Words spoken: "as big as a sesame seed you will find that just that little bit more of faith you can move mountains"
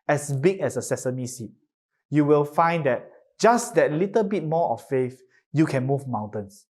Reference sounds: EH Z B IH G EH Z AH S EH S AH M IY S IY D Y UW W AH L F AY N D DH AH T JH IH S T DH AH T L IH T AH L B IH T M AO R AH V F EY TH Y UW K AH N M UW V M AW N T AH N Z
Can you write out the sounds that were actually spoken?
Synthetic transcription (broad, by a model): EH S B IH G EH S AH S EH S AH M IY S IY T Y UW W AH L F AY N D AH T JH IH S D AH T L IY T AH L B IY T M AO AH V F EY F Y UW K AH N M UW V M AW N T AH N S